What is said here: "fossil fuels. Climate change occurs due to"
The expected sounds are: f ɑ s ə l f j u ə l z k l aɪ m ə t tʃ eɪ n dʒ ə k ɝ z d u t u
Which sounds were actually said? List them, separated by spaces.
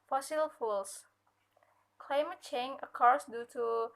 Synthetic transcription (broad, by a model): f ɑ s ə l f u l s k l aɪ m ə t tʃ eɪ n ə k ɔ s d u t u